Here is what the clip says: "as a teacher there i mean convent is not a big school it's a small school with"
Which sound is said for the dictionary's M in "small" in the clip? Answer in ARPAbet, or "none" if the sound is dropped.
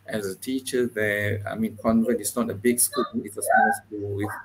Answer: none